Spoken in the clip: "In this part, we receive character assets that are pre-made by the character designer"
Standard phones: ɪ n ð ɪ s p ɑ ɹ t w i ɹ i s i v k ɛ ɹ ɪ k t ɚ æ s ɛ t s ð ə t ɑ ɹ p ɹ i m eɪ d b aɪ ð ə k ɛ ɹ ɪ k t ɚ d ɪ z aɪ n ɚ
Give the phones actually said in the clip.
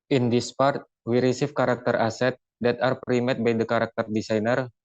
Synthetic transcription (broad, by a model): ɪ n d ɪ s p ɑ ɹ t w i ɹ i s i f k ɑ ɹ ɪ k t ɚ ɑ s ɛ t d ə t ɑ ɹ p ɹ i m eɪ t b aɪ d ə k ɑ ɹ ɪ k t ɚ d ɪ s aɪ n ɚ